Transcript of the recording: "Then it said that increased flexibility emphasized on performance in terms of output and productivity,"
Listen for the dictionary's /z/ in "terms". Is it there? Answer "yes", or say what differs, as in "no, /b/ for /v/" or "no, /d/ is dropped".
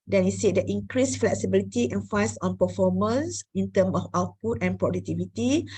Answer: no, /z/ is dropped